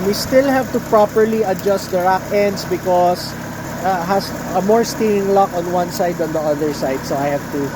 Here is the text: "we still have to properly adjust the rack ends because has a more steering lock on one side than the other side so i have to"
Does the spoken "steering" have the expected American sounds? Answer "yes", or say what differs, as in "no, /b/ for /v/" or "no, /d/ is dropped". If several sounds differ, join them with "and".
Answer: no, /ɹ/ is dropped